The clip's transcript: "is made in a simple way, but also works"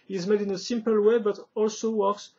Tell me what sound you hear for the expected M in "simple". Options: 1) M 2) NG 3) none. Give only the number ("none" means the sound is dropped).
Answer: 1